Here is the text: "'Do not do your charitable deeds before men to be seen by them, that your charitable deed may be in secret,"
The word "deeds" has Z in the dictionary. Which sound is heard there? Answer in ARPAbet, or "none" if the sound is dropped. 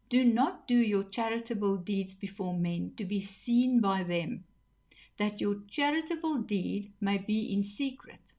Z